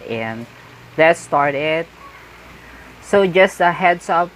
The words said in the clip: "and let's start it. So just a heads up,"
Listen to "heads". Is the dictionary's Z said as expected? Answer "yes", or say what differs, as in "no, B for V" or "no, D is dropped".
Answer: no, S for Z